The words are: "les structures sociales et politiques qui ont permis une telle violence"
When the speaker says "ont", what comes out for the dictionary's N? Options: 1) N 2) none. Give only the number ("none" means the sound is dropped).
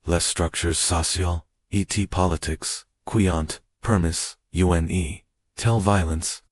1